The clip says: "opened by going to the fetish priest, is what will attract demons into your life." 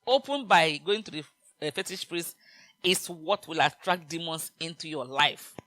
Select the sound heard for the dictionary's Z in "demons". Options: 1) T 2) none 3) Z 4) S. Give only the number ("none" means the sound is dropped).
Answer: 4